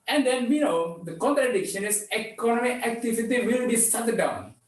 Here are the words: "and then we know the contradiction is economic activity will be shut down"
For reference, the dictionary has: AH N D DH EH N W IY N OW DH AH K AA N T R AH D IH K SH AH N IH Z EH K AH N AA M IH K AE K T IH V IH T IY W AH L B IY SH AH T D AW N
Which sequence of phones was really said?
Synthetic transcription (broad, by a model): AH N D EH N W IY N OW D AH K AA N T R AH D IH K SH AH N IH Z EH K AH N AA M IH K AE K T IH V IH T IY W AH L B IY S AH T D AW N